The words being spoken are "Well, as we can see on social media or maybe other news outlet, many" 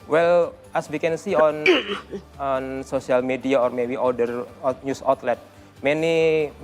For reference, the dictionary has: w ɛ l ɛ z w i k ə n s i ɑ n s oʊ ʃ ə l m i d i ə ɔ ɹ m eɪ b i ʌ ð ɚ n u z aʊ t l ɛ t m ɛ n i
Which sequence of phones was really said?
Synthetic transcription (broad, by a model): w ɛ l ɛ s w i k ə n s i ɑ n s oʊ s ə l m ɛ d i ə ɔ ɹ m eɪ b i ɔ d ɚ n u s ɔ t l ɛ t m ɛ n i